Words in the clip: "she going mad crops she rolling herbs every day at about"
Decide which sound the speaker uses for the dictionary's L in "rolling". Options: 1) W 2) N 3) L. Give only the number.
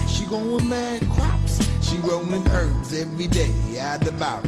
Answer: 2